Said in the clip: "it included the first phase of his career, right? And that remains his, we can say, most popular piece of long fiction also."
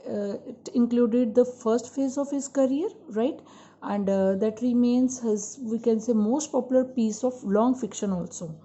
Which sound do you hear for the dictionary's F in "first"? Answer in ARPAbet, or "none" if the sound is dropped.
F